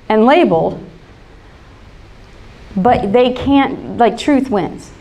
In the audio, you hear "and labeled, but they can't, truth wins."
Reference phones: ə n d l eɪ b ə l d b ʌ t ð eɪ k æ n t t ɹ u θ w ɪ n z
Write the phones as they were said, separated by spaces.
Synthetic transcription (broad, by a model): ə n l eɪ b l b ʌ t ð eɪ k æ n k t ɹ u θ w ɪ n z